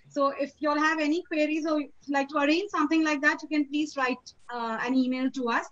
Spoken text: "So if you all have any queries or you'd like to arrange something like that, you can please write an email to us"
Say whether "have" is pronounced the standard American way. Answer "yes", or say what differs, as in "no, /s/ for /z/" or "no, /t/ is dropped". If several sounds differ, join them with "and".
yes